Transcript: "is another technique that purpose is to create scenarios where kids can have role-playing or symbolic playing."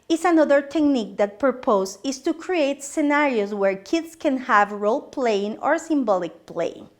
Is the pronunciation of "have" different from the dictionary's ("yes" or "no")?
no